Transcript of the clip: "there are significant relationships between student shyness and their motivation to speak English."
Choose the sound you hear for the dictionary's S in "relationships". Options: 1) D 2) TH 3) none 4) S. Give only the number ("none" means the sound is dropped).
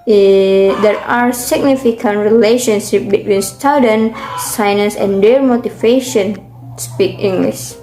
3